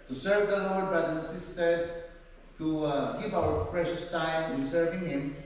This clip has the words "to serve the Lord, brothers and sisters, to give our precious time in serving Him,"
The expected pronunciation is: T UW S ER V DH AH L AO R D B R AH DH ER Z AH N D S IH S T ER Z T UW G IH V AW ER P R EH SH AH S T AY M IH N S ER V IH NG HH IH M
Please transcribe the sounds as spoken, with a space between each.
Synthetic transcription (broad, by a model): T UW S ER V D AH L AO R D B R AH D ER AH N S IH S T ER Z T UW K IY P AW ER P R EH SH AH S T AY M IH N S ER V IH NG HH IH M